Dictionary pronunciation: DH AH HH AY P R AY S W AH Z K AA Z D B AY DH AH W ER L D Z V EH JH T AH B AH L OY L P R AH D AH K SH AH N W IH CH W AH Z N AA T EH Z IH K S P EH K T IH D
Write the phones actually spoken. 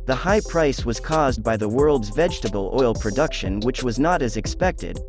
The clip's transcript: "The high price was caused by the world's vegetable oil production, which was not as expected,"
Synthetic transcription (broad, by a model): DH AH HH AY P R AY S W AH Z K AA Z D B AY DH AH W ER L D Z V EH JH T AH B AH L OY L P R AH D AH K SH AH N W IH CH W AH Z N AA T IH Z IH K S P EH K T IH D